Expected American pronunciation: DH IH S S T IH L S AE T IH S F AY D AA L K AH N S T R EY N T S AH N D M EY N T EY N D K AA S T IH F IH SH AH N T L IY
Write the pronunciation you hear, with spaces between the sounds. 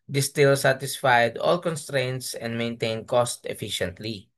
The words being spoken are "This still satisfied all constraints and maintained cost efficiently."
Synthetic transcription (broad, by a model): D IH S S T IH L S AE T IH S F AY D AA L K AH N S T R EY N T S AH N D M EY N T EY N D K AA S T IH F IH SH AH N T L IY